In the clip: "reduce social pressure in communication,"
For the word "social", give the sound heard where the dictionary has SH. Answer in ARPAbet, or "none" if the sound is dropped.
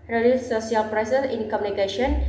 none